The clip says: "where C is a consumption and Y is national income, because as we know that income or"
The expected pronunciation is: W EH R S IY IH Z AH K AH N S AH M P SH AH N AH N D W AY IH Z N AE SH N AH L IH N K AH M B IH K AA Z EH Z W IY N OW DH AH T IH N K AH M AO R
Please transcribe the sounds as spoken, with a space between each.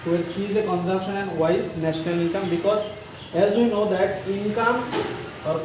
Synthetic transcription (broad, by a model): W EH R S IY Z AH K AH N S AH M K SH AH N AH N D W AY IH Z N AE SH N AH L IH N K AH M B IH K AA Z EH Z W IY N OW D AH T IH N K AH M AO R